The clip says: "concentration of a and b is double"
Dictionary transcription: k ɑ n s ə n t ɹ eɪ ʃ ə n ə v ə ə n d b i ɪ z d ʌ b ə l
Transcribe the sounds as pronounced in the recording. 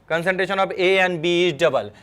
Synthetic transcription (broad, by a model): k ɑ n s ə n t ɹ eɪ ʃ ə n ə b ə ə n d b i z d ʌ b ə l